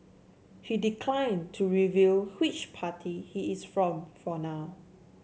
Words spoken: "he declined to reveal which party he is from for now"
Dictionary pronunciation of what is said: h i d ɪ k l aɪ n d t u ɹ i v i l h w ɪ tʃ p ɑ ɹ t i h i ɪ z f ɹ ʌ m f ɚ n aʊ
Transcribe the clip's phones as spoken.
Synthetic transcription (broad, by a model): h i d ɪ k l aɪ n t u ɹ i v i l h w ɪ tʃ p ɑ t i h i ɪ s f ɹ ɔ m f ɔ n aʊ